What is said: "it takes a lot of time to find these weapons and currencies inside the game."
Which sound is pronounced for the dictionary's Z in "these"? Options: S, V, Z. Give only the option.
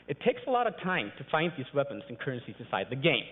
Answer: Z